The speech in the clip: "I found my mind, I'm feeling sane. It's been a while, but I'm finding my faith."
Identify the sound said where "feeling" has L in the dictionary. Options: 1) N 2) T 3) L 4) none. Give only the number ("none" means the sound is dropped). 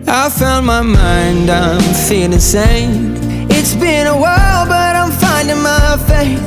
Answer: 4